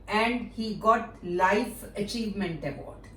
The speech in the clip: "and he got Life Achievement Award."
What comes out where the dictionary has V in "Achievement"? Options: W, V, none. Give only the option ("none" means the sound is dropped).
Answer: V